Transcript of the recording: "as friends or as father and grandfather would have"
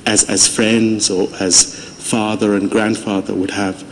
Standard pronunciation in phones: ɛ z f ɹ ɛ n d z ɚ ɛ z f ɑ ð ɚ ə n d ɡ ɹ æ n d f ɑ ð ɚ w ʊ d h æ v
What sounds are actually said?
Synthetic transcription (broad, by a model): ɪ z f ɹ ɛ n d z ɚ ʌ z f ɑ ð ɚ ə n ɡ ɹ æ n d f ɑ ð ɚ w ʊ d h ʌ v